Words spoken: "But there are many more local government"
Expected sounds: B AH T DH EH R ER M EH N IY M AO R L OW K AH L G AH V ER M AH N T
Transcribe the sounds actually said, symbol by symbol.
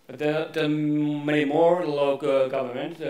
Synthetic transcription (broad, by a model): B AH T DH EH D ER M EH IY M AO R L OW AH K G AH V ER M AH N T